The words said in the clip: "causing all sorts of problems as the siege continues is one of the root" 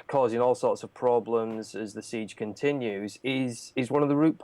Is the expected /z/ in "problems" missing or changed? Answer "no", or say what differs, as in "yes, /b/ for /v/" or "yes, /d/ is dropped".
no